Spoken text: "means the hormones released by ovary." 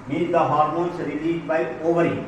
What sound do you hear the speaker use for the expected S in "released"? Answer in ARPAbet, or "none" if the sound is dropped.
none